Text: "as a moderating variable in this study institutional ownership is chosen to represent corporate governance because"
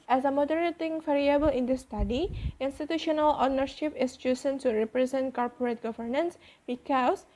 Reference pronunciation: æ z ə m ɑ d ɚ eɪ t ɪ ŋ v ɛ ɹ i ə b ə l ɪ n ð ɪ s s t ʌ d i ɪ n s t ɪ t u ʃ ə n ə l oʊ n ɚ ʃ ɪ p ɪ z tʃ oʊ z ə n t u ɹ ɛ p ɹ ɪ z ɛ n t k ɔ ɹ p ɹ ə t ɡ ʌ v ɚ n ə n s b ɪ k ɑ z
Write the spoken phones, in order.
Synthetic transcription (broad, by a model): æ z ə m ɑ d ɚ eɪ t ɪ ŋ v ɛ ɹ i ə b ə l ɪ n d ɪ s s t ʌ d i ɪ n s t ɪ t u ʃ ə n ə l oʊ n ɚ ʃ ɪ p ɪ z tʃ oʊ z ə n s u ɹ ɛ p ɹ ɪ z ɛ n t k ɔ ɹ p ɹ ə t ɡ ʌ v ɚ n ə n s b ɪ k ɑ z